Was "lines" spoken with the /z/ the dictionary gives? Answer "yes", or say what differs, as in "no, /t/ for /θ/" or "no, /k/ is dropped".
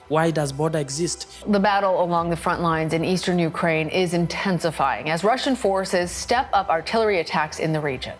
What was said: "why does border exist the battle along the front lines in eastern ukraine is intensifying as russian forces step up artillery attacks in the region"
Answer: yes